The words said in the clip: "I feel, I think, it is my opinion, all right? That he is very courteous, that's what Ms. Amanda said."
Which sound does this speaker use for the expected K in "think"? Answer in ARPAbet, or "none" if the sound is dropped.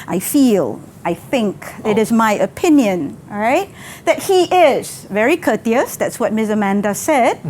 K